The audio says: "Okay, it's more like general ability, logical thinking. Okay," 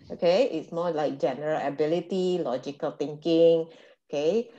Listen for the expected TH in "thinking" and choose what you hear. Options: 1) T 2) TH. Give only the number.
1